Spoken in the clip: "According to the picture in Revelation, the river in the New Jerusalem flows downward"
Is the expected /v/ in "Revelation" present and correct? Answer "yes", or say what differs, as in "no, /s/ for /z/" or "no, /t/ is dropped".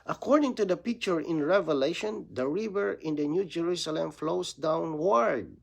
yes